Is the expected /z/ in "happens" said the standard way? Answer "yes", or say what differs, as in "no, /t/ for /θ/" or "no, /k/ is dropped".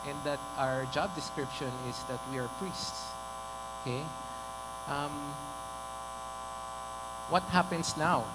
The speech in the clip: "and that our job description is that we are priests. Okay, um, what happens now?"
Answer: no, /s/ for /z/